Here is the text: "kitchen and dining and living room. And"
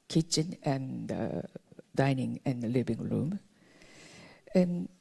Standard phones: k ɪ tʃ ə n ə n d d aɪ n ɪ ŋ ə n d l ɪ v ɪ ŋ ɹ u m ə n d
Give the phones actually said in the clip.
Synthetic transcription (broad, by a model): k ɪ tʃ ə n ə n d d aɪ n ɪ ŋ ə n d l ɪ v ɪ ŋ ɹ u m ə n